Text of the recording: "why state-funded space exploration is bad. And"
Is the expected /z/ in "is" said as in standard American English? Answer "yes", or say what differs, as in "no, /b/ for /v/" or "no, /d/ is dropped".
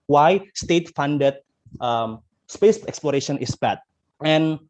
no, /s/ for /z/